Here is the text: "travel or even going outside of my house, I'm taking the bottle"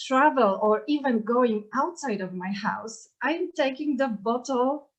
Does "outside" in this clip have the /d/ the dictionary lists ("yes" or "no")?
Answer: yes